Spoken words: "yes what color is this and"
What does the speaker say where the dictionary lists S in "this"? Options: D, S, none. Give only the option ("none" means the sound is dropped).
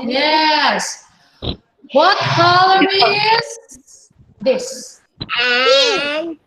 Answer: S